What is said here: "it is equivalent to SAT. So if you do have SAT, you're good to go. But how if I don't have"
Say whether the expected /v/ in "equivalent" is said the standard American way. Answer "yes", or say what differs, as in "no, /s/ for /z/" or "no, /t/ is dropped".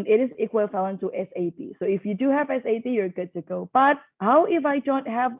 no, /f/ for /v/